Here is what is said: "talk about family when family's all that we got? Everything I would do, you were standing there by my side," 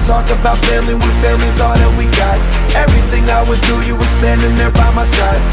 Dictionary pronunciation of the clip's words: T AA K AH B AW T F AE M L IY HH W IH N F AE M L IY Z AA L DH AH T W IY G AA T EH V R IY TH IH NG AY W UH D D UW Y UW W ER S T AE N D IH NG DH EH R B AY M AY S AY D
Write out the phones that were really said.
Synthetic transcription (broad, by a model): T AA K AH B AW T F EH L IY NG W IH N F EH L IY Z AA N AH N W IY G AA T EH V R IY TH IH NG AY W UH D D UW Y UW W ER S T AE N D IH NG DH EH R B AY M AY S AY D